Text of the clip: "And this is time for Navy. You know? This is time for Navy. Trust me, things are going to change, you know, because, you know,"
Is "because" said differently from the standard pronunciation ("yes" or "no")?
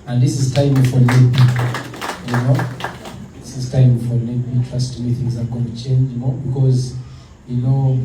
no